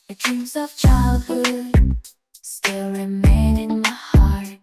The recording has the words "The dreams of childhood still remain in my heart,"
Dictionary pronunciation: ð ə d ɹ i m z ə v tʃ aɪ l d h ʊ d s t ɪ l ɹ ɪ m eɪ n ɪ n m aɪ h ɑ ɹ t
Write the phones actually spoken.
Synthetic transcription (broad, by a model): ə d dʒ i z ə v tʃ aɪ l d h ʊ d s t ɪ l ɹ ɪ m eɪ n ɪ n m aɪ h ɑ ɹ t